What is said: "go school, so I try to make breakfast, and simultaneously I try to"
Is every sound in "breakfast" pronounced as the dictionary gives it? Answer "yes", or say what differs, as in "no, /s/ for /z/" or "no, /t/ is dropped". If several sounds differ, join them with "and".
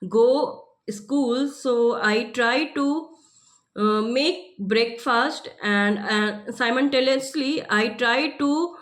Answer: yes